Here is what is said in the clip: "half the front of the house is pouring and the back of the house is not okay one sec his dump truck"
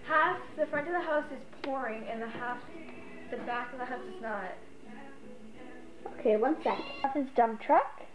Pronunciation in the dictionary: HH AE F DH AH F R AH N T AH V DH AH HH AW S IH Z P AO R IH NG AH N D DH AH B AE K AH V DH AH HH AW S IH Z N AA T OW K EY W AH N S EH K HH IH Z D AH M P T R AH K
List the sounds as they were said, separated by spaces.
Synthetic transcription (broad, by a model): HH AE F DH AH F R AH N T AH V DH AH HH AW S IH Z P AO R IH NG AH N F DH AH B AE K AH V DH AH HH AW S IH Z N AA T OW K EY W AH N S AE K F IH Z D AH M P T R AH K